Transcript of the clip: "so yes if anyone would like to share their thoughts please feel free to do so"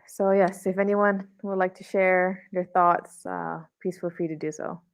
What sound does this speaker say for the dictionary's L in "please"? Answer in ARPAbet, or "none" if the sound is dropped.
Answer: none